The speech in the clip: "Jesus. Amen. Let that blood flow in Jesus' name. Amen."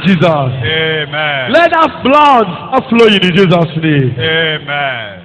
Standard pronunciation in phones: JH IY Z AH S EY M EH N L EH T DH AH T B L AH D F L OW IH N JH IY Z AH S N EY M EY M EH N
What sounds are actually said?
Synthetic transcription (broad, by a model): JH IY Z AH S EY M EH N L EH T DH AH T B L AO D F L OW IH N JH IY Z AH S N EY EY M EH N